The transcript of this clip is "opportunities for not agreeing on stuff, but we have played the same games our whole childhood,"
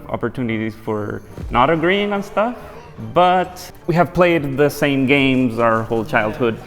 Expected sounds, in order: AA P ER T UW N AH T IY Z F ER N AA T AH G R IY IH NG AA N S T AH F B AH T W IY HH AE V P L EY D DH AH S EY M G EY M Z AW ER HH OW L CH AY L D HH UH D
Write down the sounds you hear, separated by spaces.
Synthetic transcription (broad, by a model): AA P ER T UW N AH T IY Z F ER N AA T AH G R IY IH NG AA N S T AH F B AH T W IY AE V P L EY D DH AH S EY M G EY M Z AW ER HH OW L CH AY L D HH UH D